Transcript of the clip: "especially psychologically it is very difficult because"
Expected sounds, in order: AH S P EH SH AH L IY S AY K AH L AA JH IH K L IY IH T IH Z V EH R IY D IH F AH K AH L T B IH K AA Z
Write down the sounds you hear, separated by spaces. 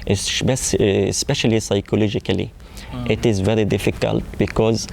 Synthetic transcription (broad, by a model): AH S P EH SH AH L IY S AY K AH L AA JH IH K L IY IH T IH Z V EH R IY D IH F AH K AH L T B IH K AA Z